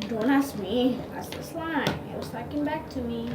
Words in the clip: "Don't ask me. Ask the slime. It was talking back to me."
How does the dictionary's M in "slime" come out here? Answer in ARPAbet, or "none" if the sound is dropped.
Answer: none